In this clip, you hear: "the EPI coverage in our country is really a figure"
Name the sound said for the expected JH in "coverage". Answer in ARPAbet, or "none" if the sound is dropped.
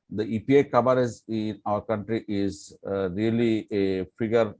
Z